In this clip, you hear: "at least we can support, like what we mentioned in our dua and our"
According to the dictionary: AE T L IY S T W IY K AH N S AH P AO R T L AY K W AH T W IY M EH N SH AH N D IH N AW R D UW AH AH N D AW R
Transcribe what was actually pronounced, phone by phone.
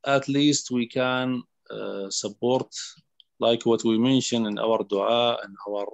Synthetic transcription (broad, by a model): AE T L IY S T W IY K AH N S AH B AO R T L AY K W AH T W IY M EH N SH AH N IH N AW R D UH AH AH N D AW R